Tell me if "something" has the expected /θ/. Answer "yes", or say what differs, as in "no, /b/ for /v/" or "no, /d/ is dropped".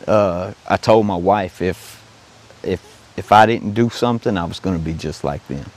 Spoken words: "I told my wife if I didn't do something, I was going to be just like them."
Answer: yes